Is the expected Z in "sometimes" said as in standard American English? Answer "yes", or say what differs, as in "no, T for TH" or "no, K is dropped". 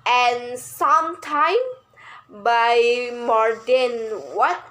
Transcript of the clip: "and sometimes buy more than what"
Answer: no, Z is dropped